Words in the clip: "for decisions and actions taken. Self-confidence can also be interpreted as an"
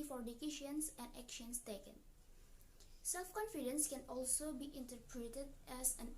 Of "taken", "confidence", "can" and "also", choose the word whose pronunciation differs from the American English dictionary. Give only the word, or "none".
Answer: none